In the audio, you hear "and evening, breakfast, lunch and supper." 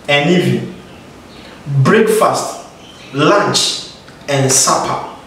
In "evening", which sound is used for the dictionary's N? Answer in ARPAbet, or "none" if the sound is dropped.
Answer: none